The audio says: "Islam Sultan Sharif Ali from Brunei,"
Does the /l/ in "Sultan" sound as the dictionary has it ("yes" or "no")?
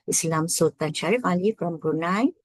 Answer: no